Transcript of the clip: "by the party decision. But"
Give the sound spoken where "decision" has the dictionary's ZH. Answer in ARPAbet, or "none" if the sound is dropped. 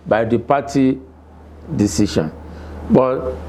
SH